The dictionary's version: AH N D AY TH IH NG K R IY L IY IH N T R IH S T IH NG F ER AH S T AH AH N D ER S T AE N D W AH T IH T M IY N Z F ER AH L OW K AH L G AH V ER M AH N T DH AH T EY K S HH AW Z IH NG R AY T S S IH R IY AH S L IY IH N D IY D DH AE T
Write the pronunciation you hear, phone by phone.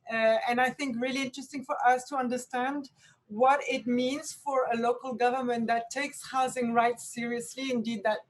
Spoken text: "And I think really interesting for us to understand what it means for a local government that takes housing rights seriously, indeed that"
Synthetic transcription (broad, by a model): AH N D AY TH IH NG K R IY L IY IH N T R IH S T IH NG F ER AH S T AH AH N D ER S T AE N D W AH T IH T M IY N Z F ER AH L OW K AH L G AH V ER M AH N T DH AH T EY K S HH AW Z IH NG R AY T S S IH R IY AH S L IY IH N D IY D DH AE T